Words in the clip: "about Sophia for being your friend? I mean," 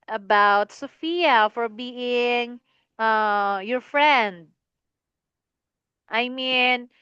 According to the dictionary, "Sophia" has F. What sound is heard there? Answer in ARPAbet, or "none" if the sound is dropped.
F